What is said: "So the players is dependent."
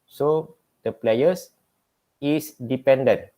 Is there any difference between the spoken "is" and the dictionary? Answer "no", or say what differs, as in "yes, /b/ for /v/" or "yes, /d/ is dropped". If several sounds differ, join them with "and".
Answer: yes, /s/ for /z/